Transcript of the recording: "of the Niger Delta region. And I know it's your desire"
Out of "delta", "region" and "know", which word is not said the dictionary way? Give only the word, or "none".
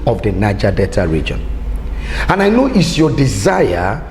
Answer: delta